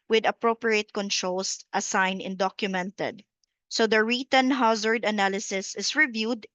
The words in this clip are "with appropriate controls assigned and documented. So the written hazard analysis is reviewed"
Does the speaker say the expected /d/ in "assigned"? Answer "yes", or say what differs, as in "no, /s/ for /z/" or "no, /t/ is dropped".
no, /d/ is dropped